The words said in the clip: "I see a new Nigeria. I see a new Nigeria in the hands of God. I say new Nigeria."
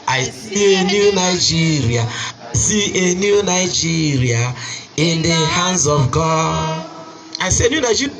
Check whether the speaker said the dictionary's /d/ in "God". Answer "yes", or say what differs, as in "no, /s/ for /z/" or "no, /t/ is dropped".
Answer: no, /d/ is dropped